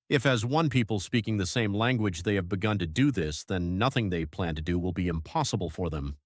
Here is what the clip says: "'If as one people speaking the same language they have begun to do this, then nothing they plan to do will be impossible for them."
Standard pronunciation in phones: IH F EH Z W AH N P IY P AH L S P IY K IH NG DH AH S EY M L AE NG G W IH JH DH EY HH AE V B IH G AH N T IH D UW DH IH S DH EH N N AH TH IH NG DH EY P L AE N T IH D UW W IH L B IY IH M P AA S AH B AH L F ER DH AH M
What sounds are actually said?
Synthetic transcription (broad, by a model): IH F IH Z W AH N P IY P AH L S P IY K IH NG DH AH S EY M L AE NG G W IH JH DH EY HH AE V B IH G AH N T IH D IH DH IH S DH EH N N AH TH IH NG DH EY P L AE N T IH D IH W IH L B IY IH M P AA S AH B L F ER DH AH M